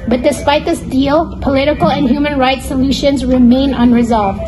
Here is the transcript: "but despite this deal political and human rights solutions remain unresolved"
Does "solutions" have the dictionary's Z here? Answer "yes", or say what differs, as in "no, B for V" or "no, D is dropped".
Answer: yes